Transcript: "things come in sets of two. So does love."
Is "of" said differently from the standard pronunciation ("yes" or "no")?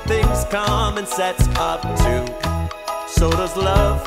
yes